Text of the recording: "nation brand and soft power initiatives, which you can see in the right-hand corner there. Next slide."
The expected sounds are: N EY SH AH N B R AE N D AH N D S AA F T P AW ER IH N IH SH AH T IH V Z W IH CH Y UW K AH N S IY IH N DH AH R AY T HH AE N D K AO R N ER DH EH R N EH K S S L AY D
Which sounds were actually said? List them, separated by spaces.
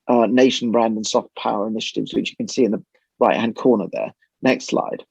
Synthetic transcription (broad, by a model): N EY SH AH N B R AE N D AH N S AA F T P AW ER IH N IH SH AH T IH V Z W IH CH Y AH K AH N S IY IH N DH AH R AY T HH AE N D K AO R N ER DH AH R N EH K S S L AY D